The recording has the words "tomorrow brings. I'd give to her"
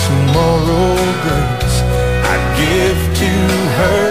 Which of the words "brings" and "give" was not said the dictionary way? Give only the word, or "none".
brings